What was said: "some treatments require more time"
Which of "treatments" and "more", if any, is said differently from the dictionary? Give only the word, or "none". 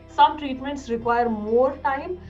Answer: none